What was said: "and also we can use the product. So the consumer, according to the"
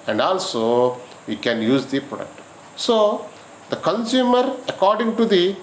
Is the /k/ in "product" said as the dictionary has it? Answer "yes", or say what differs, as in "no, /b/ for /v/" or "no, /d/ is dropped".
yes